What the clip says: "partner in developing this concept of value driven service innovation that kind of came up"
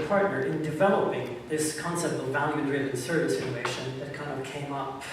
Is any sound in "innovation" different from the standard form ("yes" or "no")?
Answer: yes